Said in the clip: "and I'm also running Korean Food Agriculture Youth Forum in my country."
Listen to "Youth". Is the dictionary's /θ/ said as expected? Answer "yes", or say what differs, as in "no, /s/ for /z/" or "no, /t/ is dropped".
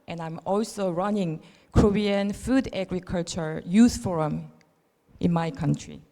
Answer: no, /s/ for /θ/